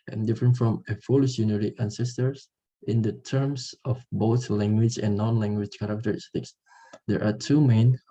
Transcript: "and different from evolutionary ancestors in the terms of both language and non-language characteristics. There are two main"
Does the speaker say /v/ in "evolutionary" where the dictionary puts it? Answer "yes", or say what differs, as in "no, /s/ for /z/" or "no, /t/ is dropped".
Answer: no, /f/ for /v/